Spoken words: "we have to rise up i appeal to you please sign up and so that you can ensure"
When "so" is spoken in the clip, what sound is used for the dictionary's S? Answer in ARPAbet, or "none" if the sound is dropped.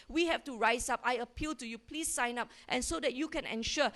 S